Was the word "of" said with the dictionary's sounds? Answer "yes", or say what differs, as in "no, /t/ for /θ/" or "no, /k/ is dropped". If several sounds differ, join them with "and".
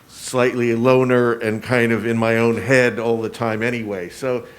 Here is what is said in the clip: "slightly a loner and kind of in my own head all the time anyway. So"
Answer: yes